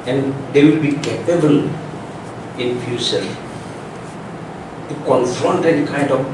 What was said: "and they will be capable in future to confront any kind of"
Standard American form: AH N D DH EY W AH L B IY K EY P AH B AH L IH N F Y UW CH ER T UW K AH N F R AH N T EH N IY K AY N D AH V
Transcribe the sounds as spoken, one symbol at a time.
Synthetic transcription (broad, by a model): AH N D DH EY W AH L B IY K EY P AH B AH L IH N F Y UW S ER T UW K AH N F R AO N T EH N K AY N D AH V